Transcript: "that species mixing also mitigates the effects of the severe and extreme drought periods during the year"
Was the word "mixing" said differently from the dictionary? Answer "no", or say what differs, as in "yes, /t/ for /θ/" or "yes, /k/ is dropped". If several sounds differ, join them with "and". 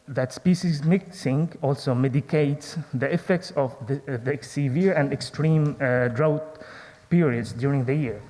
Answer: no